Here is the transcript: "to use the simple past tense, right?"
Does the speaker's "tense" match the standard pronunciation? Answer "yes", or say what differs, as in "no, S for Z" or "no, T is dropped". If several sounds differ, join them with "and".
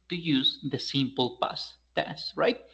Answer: no, N is dropped